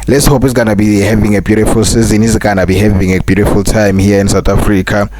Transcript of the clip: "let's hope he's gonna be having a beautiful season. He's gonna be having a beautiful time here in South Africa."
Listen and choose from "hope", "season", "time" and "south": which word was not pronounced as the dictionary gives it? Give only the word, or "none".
south